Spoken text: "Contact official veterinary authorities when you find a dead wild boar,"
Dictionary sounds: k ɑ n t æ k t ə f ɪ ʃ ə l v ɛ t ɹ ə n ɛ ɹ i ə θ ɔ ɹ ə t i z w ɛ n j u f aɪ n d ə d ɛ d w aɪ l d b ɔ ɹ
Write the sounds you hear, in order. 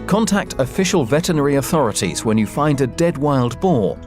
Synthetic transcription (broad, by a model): k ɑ n t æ k t ə f ɪ ʃ ə l v ɛ t ə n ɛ ɹ i ə θ ɔ ɹ ə t i z w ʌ n j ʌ f aɪ n d ə d ɛ d w aɪ l d b ɔ